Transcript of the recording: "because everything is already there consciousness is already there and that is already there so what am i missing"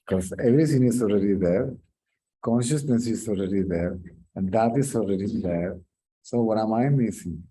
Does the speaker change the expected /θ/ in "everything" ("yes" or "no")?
yes